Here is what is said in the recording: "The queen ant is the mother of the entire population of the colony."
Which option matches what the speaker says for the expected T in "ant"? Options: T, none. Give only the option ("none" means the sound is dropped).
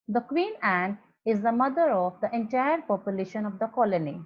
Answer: none